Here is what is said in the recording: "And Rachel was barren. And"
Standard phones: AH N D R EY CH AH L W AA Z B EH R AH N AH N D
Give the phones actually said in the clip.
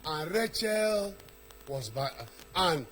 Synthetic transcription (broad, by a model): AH N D R EY CH AH L W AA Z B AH AH N